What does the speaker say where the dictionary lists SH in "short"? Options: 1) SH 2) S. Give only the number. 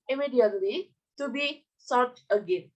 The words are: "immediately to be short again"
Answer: 2